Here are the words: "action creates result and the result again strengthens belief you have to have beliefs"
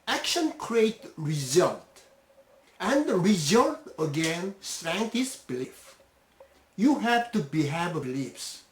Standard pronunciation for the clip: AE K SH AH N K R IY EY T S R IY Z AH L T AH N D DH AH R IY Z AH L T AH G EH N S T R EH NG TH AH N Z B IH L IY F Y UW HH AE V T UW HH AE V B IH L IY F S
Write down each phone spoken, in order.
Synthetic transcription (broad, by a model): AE K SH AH N K R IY EY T R IY Z AH L T AH N D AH R IY Z AH L T AH G EH N S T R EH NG T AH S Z B IH L IY F Y UW HH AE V T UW HH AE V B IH L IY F S